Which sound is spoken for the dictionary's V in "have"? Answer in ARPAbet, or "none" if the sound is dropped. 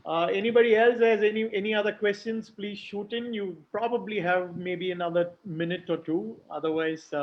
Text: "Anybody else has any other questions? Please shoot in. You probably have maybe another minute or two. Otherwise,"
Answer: V